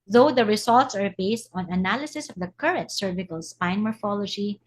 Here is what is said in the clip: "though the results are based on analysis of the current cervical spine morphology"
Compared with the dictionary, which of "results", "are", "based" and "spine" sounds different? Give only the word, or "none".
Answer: results